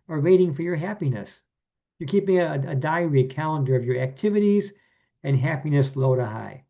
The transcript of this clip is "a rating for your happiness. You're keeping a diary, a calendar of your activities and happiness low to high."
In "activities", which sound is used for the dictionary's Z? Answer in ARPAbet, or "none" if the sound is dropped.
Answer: Z